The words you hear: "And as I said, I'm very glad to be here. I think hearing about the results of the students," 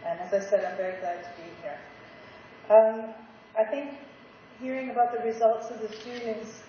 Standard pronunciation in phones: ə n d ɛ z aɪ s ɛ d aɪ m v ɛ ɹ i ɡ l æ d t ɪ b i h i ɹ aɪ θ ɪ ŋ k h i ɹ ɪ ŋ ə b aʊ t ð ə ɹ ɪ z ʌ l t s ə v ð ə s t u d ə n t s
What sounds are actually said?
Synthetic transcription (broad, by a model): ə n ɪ z aɪ s ɛ d aɪ m v ɛ ɹ i ɡ l æ d t ɪ b i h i ɹ aɪ θ ɪ ŋ k h i ɹ ɪ ŋ ə b aʊ t ð ə ɹ ɪ z ʌ l t s ə v ð ə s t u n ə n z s